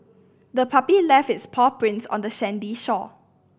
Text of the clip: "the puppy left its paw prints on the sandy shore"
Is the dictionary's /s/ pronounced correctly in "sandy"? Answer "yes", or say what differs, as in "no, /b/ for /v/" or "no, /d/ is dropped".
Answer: no, /ʃ/ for /s/